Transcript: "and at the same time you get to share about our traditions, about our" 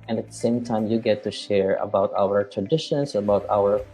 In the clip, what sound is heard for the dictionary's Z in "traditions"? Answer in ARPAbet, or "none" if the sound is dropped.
S